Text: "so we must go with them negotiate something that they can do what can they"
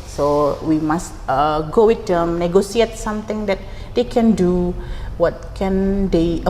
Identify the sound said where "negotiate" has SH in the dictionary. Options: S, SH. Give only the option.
S